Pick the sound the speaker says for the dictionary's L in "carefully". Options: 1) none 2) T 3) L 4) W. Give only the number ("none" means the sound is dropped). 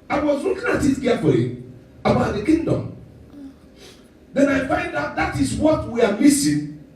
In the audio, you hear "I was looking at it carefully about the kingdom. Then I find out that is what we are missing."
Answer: 1